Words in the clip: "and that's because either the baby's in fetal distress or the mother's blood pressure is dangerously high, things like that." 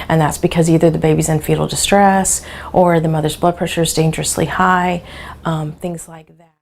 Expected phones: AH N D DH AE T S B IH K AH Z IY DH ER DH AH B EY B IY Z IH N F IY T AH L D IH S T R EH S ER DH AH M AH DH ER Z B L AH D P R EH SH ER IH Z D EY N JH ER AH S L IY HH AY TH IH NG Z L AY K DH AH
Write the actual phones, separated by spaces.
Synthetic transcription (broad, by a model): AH N DH AE T S B IH K AH Z IY DH ER DH AH B EY B IY Z IH N F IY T L D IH S T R EH S ER DH AH M AH DH ER Z B L AH D P R EH SH ER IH Z D EY N JH ER AH S L IY HH AY TH IH NG Z L AY K DH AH